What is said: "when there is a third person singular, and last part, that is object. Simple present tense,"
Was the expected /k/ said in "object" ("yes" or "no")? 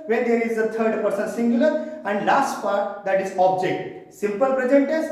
yes